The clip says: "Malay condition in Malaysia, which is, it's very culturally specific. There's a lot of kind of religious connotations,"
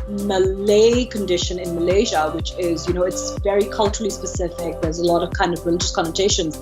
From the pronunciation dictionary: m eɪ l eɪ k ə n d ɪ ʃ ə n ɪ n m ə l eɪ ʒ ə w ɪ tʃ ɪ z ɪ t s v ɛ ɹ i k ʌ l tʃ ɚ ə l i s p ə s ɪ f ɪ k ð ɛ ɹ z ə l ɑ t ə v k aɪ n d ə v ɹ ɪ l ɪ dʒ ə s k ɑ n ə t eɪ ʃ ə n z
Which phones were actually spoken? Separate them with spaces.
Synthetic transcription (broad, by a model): m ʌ l eɪ k ə n d ɪ ʃ ə n ɪ n m ə l eɪ ʒ ə w ɪ tʃ ɪ z ɪ t s v ɛ ɹ i k ʌ l tʃ ɚ ə l i s p ə s ɪ f ɪ k ð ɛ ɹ z ə l ɑ t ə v k aɪ n d ə v ɹ ɪ l ɪ dʒ ə s k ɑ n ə t eɪ ʃ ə n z